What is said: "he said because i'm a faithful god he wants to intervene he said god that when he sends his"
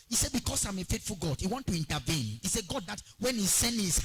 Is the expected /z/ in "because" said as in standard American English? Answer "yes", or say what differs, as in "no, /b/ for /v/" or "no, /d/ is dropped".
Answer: no, /s/ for /z/